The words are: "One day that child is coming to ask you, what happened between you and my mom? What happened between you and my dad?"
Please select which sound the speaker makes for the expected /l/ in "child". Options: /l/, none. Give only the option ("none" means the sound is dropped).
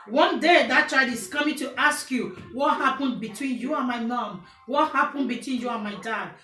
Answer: none